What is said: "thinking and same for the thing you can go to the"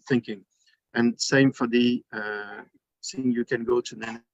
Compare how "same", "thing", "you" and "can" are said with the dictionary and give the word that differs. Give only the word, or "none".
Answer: thing